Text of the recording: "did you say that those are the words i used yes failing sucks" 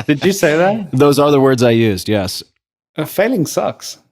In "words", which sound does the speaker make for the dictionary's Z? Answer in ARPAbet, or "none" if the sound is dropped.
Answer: Z